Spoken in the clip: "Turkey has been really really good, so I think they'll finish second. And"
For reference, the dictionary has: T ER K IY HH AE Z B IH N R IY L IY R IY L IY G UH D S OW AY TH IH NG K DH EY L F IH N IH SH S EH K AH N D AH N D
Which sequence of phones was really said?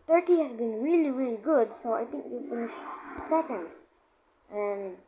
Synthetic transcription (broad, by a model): T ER K IY HH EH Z B IH N R IY L IY R IY L IY G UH D S OW AY T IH NG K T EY F IH N IH SH S EH K AH N D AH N